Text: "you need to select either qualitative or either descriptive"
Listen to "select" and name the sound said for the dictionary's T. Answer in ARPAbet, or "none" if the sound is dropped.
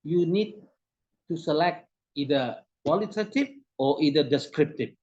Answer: T